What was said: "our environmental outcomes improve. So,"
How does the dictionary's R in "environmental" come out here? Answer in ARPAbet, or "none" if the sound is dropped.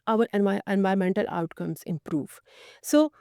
none